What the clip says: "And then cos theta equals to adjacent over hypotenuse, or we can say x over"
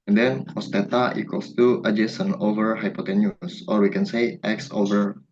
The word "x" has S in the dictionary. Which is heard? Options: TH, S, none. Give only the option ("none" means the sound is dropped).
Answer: S